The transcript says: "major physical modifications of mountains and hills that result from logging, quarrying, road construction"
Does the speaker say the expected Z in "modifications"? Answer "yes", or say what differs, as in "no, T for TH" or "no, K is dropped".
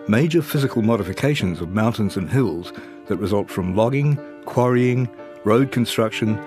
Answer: yes